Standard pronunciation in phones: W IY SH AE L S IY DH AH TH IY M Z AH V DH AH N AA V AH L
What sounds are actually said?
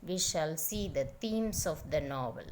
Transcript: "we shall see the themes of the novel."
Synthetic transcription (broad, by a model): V IY SH AE L S IY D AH T IY M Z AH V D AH N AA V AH L